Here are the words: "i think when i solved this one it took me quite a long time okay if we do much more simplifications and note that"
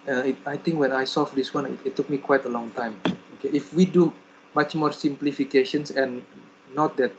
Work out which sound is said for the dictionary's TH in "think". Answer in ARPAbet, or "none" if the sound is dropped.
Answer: T